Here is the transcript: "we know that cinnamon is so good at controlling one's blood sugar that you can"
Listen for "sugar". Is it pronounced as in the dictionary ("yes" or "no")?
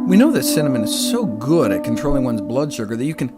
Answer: no